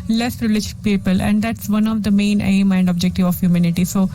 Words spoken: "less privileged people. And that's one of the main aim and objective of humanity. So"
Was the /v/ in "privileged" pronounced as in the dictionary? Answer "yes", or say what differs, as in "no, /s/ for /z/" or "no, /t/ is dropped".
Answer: no, /v/ is dropped